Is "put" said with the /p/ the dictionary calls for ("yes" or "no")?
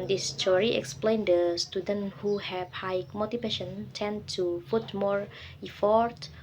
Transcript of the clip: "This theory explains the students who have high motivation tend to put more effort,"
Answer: no